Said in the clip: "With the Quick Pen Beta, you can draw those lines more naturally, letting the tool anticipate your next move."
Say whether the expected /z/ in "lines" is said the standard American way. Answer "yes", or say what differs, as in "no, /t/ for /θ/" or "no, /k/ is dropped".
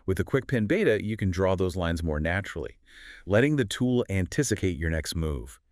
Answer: yes